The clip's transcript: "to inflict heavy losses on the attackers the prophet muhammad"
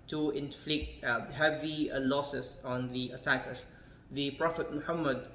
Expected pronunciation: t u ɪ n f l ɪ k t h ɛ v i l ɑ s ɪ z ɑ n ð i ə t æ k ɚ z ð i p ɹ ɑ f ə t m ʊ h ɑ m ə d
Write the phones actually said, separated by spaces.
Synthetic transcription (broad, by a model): t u ɪ n f l ɪ k t h ɛ v i l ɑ s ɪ s ɑ n ð i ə t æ k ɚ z ð i p ɹ ɑ f ə t m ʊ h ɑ m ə d